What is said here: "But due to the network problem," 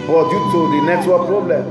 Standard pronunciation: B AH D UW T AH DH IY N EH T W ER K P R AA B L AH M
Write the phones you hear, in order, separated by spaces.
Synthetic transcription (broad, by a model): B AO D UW T AH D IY N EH S W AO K P R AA B L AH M